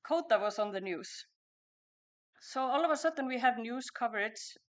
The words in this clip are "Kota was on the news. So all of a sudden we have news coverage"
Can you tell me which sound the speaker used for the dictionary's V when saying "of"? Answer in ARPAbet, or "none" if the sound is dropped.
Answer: V